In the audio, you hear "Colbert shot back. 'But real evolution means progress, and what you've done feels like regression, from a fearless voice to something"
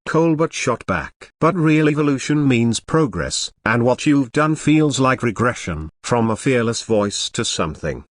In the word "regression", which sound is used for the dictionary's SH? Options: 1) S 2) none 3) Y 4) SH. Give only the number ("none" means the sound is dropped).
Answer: 4